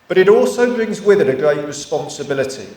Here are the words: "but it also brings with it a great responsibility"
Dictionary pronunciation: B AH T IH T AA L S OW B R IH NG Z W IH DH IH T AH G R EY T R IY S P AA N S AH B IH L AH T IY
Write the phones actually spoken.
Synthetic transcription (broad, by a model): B AH T IH T AA L S OW B R IH NG Z W IH DH IH T AH G R EY T R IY S P AA N S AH B IH L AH T IY